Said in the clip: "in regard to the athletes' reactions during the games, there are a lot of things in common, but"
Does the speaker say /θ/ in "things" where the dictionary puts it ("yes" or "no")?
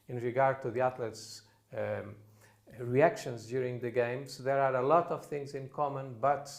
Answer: yes